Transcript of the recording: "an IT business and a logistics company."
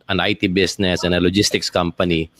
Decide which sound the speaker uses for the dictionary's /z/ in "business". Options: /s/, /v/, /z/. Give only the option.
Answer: /s/